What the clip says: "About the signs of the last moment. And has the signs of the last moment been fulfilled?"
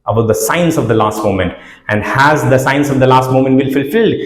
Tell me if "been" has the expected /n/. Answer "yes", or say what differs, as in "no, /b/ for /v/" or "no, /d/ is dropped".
no, /l/ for /n/